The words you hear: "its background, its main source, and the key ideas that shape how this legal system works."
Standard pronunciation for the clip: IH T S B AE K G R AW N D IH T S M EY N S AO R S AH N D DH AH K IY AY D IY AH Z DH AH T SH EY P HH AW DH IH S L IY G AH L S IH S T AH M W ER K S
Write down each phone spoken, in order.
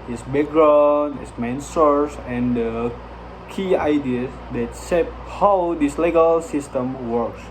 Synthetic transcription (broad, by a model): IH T S B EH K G R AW N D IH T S M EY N S AO R S AH N D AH K IY AY D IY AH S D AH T S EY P HH AW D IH S L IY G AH L S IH S T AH M W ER K S